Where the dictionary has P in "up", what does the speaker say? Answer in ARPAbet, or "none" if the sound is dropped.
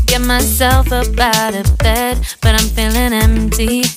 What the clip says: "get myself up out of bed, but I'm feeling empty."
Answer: B